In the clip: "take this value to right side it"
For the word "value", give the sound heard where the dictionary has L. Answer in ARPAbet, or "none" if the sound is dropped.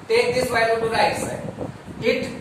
none